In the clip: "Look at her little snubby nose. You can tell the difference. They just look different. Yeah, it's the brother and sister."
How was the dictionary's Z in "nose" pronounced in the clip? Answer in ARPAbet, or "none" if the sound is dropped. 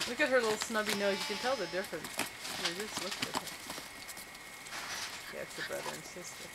none